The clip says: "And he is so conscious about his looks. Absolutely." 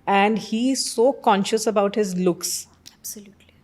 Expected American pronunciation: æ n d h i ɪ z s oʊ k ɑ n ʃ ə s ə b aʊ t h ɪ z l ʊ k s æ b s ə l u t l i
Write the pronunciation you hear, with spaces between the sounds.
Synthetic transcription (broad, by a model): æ n d h i ɪ z s oʊ k ɑ n ʃ ə s ə b aʊ t h ɪ z l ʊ k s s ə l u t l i